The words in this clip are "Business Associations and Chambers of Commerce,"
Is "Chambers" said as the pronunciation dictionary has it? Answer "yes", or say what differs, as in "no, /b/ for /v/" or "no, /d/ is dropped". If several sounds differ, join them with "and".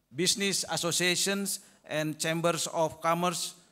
no, /s/ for /z/